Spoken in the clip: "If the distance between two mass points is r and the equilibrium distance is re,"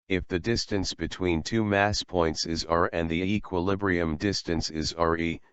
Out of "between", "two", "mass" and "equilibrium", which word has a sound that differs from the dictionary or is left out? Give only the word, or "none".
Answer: none